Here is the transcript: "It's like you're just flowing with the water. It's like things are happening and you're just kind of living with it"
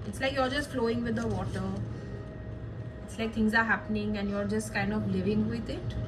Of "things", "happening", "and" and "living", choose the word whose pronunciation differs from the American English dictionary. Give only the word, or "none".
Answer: things